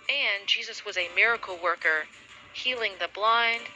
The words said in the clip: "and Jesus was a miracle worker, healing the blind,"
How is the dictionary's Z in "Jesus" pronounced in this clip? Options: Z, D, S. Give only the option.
Z